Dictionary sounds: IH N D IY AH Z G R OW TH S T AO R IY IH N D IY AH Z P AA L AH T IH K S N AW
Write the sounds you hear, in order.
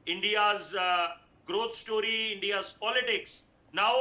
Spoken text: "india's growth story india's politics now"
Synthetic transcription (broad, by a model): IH N D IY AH Z G R OW T S T AO R IY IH N D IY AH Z P AA L AH T IH K S N AW